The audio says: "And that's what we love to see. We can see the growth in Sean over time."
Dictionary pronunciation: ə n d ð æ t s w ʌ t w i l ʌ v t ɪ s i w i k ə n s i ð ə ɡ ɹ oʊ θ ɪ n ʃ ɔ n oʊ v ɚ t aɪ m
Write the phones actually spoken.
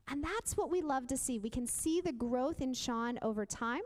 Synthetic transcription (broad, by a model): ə n ð æ t s w ʌ t w i l ʌ v t ɪ s i w i k ə n s i ð ə ɡ ɹ oʊ θ ɪ n ʃ ɔ n oʊ v ɚ t aɪ m